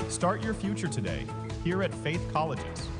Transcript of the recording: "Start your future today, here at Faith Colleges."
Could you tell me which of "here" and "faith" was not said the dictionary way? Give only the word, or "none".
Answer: none